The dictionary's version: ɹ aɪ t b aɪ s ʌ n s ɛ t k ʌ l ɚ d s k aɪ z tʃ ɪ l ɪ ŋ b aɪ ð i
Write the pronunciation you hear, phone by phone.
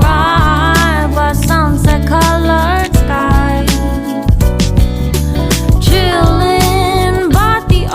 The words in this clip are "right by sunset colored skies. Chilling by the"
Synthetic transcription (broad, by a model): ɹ aɪ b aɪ s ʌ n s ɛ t k ʌ l ɚ d s k aɪ tʃ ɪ l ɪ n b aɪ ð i